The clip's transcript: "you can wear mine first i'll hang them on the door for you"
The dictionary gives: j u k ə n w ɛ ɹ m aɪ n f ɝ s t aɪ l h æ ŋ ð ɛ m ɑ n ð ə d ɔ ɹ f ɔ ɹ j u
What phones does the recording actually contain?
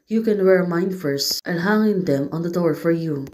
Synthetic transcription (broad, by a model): j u k ə n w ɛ ɹ m aɪ n f ɝ s t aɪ n h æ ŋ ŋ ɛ m ɑ n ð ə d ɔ ɹ f ɔ ɹ j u